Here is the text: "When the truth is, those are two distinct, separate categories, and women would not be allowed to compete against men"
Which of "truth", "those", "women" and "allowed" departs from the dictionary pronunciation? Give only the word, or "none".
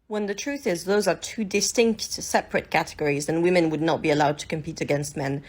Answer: none